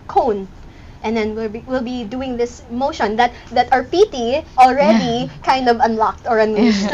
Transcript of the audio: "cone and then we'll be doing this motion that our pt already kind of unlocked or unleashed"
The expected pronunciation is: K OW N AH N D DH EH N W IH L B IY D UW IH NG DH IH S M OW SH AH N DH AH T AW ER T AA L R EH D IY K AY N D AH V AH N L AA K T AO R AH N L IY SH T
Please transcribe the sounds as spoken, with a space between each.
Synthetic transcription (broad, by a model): K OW N AH N D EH N W IH L B IY D UW IH NG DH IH S M OW SH AH N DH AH T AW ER T AA L R EH D IY K AY N D AH V AH N L AA K T AO R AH N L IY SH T